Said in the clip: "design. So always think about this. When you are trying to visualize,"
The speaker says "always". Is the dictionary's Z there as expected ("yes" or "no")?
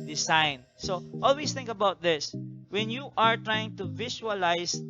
no